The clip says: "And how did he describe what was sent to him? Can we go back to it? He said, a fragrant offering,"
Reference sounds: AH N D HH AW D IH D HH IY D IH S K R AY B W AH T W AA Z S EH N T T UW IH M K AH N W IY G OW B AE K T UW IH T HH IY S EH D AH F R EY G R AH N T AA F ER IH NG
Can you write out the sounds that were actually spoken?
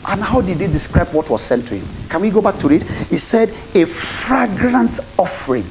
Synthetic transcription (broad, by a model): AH N HH AW D IH D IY D IH S K R AY B W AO T W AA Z S EH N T T UW IH M K AH N W IY G OW B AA K T UW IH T HH IY S EH D AH F R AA G R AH N T AA F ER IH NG